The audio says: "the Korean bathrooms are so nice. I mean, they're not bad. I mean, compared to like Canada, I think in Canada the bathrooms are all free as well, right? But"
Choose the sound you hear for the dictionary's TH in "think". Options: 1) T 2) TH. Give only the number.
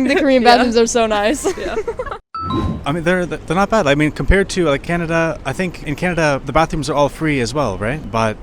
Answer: 2